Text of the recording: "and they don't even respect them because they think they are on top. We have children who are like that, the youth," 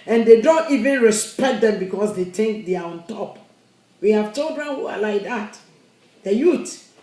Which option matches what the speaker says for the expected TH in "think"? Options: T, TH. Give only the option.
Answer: T